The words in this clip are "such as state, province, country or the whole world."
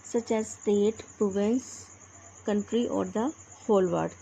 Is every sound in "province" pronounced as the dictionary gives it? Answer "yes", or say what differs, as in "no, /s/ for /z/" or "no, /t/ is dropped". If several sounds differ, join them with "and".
no, /ɹ/ is dropped